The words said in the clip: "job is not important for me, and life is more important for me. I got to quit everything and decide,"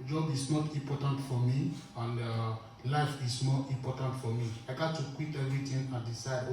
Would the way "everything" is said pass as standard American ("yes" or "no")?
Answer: no